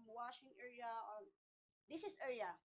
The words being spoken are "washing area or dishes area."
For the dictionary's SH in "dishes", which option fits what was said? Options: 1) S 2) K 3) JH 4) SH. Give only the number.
1